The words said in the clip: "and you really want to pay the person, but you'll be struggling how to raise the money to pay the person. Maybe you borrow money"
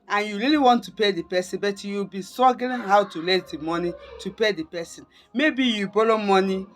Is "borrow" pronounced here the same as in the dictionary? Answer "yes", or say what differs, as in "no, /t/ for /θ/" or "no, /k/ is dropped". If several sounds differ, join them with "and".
no, /l/ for /ɹ/